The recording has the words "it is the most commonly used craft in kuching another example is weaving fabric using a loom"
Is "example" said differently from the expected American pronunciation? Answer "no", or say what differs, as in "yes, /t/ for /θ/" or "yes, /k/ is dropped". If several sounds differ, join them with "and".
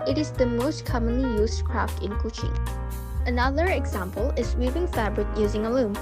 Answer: no